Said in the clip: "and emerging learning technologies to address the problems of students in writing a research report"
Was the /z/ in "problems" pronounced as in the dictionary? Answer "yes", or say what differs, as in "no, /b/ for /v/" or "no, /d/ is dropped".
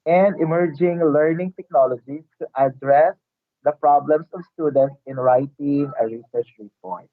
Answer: no, /s/ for /z/